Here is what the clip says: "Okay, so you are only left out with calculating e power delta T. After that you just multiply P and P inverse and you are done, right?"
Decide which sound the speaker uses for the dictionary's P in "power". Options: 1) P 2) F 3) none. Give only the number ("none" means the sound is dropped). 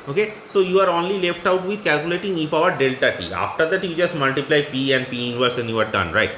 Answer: 2